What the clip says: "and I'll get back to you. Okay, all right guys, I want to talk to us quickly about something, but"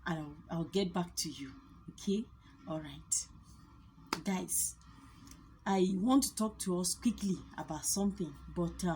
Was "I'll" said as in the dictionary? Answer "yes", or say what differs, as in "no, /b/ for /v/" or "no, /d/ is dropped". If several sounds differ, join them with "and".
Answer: no, /w/ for /l/